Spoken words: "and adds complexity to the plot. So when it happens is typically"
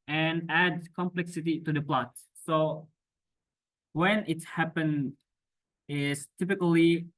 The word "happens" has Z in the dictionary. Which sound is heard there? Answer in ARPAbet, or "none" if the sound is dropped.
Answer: none